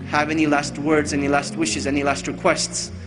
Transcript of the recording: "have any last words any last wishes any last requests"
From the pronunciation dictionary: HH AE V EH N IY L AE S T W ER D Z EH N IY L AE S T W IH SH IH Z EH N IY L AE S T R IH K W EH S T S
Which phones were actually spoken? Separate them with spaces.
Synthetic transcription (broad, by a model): HH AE V EH N IY L AE S T W ER D Z EH N IY L AE S T W IH SH IH Z EH N IY L AE S T R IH K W EH S T S